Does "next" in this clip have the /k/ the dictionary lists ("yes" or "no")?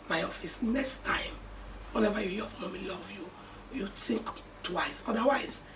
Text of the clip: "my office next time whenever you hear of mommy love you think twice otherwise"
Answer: yes